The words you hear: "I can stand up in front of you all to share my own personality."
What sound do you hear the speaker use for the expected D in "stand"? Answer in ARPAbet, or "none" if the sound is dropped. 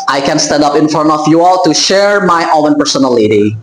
D